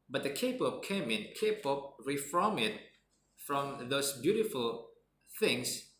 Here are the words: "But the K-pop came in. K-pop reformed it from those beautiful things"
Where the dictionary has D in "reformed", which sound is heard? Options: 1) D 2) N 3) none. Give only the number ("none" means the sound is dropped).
3